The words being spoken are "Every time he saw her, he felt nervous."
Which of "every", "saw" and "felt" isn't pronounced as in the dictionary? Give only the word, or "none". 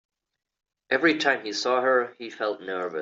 none